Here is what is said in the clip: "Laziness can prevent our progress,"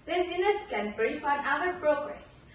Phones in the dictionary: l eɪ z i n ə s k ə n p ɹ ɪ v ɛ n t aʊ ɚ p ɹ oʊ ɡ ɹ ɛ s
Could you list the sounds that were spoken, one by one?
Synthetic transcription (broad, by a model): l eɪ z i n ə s k ə n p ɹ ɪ f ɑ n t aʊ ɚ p ɹ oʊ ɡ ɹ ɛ s